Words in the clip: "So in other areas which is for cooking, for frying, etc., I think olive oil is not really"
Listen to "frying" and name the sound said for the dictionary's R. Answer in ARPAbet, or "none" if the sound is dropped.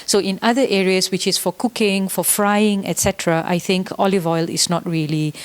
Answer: R